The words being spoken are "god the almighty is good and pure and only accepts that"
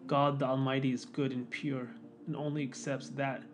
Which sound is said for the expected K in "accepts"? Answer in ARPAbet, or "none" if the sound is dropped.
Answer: K